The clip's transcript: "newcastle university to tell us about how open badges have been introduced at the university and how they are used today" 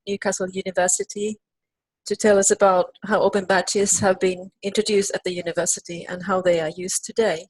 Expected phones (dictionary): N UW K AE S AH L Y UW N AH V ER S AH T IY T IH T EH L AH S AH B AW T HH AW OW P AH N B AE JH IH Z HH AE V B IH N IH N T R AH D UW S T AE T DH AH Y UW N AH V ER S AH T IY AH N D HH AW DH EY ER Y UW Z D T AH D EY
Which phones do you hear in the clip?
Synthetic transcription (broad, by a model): N UW K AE S L Y UW N AH V ER S AH T IY T IH T EH L AH S AH B AW T HH AW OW B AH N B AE CH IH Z HH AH V B IH N IH N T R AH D UW S T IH T DH AH Y UW N AH V ER S AH T IY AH N HH AW DH EY ER Y UW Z T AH D EY